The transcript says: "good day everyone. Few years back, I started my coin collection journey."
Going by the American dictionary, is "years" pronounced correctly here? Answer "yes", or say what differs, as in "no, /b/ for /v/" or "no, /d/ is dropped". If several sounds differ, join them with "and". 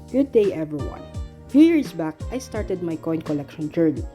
no, /s/ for /z/